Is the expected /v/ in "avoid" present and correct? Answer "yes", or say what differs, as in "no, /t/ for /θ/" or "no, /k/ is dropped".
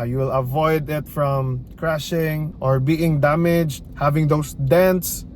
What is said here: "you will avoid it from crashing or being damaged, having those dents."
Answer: yes